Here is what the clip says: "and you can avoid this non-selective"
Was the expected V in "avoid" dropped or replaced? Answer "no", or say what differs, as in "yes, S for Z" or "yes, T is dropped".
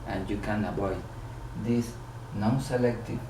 yes, B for V